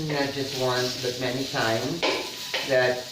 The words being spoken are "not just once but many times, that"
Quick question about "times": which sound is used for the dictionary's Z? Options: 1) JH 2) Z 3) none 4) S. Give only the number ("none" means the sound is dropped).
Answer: 2